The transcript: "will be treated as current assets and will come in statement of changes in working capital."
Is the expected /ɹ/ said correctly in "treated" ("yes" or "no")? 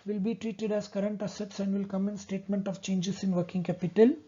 yes